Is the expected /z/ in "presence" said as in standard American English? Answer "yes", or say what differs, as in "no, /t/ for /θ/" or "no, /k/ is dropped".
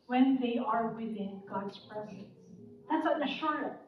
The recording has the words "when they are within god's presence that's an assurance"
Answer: yes